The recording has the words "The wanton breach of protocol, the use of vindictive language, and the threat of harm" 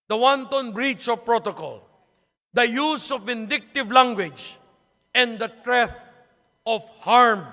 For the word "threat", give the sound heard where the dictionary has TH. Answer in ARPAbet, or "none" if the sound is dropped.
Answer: T